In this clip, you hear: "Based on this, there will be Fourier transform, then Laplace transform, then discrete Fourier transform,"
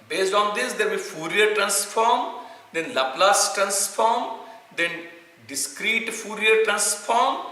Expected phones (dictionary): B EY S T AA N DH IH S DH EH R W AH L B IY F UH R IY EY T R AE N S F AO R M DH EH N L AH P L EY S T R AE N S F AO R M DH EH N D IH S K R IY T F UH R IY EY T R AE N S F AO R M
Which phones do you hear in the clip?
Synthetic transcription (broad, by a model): B EY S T AA N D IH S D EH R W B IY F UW R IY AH T R AE N S F AO R M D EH N L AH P L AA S T R AE N S F AO R M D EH N D IH S K R IY T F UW R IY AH T R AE N S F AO R M